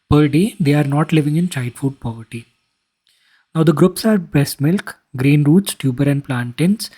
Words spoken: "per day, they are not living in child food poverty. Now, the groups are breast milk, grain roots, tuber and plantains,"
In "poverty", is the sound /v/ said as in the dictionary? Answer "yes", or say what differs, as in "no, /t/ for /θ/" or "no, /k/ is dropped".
yes